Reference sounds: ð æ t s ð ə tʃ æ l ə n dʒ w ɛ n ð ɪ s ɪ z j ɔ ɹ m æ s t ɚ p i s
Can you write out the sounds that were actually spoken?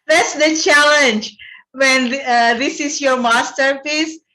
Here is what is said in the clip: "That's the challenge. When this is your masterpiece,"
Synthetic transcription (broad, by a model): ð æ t s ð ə tʃ æ l ə n dʒ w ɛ n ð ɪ s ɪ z j ɔ ɹ m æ s t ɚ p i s